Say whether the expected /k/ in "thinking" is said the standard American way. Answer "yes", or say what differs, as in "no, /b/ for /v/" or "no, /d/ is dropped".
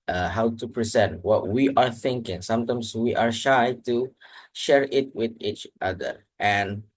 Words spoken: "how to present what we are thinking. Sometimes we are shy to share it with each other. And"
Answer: yes